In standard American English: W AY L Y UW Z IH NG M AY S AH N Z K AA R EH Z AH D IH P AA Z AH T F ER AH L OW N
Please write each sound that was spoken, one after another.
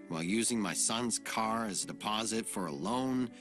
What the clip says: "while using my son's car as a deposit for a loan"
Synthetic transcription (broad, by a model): W AY L Y UW Z IH NG M AY S AH N Z K AA R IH Z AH D IH P AA Z AH T F ER AH L OW N